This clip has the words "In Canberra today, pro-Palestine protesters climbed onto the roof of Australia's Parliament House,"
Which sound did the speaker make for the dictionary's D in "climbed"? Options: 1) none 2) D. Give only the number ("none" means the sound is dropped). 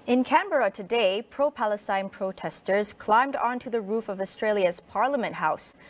2